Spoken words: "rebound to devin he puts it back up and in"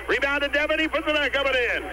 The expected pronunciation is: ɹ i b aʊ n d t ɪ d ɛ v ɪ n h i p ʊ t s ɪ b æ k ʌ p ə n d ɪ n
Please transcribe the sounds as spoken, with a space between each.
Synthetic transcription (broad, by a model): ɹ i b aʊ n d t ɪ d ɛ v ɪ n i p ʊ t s ɪ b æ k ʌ b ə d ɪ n